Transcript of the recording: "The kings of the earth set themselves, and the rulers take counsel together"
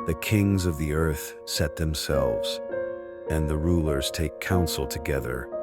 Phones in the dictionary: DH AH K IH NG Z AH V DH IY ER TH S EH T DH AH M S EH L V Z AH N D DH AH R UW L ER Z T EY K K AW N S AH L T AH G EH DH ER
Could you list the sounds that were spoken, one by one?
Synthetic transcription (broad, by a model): DH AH K IH NG Z AH V DH IY ER TH S EH T DH AH M S EH L V Z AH N DH AH R UW L ER Z T EY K K AW N S L T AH G EH DH ER